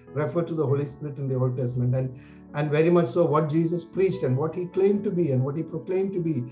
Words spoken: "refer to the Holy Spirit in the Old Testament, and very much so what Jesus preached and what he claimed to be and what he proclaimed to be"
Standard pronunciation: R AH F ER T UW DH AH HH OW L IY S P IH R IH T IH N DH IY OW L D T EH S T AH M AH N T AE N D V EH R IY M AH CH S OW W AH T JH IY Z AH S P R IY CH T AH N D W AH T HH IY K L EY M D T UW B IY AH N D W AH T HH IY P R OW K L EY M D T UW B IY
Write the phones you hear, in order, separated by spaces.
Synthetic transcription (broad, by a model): R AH F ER T UW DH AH HH OW L IY S P IH R IH T IH N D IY OW L D T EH S T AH M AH N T AE N D V EH R IY M AH CH S OW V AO T JH IY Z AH S P R IY CH T AH N D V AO T HH IY K L EY M D T UW B IY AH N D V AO T HH IY P R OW K L EY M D T UW B IY